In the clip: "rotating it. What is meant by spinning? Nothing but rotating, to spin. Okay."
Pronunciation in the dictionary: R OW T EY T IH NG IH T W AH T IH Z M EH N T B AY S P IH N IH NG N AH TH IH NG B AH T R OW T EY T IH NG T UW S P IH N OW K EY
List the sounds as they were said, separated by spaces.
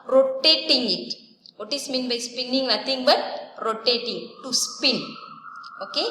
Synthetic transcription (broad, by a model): R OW T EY T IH NG IH T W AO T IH S M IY N B AY S P IH N IH NG N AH T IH NG B AH T R OW T EY T IH NG T UW S P IH N OW K EY